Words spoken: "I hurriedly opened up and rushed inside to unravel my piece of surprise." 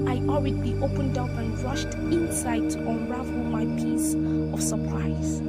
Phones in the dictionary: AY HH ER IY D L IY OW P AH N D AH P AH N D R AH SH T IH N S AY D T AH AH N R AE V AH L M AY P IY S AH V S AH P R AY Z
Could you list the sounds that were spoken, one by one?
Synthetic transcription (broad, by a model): AY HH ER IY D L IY OW P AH N D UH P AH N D R AH SH T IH N S AY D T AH N R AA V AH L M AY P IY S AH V S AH P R AY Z